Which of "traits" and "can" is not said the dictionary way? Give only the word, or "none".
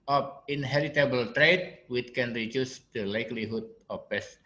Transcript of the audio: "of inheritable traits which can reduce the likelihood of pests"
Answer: traits